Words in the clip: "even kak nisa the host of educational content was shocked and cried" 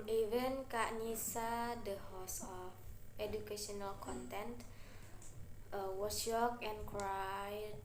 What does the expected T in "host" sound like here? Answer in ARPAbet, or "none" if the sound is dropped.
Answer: none